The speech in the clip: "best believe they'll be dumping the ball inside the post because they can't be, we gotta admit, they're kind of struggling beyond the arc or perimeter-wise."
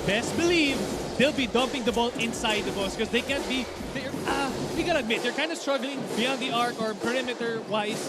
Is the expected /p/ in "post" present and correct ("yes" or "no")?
no